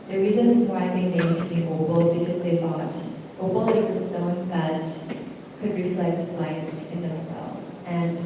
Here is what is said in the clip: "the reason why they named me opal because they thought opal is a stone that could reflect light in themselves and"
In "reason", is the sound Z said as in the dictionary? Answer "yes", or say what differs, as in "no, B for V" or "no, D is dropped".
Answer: yes